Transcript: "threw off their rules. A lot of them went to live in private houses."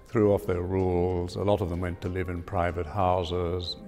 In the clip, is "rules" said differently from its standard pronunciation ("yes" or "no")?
no